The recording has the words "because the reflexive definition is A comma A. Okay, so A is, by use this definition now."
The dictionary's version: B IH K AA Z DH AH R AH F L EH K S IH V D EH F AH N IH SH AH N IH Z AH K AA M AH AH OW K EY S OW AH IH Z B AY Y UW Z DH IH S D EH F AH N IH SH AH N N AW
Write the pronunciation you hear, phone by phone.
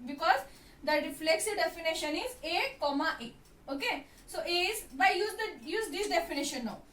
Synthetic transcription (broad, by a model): B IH K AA Z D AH R AH F L EH K S IH V D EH F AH N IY SH AH N IH Z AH K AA M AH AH OW K EY S OW AH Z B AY Y UW Z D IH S D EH F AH N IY SH AH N N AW